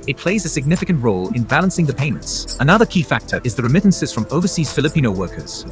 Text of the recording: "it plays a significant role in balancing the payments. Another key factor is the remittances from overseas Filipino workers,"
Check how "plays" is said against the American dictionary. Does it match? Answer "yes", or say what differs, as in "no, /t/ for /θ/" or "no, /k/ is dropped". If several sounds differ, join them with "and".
yes